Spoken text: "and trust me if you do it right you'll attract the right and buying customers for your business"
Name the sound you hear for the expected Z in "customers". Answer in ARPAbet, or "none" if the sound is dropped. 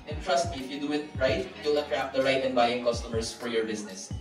S